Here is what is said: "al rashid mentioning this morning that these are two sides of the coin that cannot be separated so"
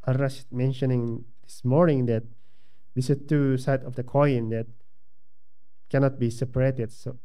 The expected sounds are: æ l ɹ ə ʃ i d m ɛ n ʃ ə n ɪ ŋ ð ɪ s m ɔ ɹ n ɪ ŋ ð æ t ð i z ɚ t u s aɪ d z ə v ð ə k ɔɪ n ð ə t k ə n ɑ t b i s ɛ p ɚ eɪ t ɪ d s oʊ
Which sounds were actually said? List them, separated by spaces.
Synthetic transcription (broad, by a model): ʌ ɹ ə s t m ɛ n ʃ ə n ɪ ŋ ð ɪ s m ɔ ɹ n ɪ ŋ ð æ t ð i s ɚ t u s aɪ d ə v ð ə k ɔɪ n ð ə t k ə n ɑ t b i s ɛ p ɚ eɪ t ɪ d s oʊ